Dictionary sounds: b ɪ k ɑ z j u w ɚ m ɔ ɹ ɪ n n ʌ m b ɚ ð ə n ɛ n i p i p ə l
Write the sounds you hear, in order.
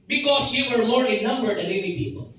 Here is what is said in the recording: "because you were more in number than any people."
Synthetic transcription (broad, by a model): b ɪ k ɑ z j u w ɚ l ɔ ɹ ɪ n n ʌ m b ɚ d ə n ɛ l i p i p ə l